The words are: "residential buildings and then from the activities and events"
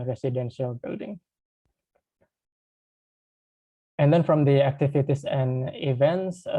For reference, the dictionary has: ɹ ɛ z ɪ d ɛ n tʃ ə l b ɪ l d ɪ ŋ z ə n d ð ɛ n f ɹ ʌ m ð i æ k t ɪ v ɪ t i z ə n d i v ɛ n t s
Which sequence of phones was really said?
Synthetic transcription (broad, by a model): ɹ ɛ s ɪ d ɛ n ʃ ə l b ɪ l d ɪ ŋ ə n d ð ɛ n f ɹ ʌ m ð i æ k t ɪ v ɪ t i s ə n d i v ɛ n t s